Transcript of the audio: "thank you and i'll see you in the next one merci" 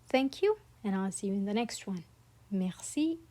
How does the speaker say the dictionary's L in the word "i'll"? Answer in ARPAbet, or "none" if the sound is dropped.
L